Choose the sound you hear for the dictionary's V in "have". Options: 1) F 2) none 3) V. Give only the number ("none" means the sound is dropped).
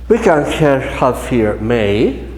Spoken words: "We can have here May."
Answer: 1